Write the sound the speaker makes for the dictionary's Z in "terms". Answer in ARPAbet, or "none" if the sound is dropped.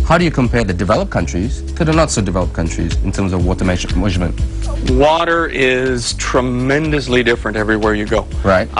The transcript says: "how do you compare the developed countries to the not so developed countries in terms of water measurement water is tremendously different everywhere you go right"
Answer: Z